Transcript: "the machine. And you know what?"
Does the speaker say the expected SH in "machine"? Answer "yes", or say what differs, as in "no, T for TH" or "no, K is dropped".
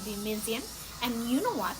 no, S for SH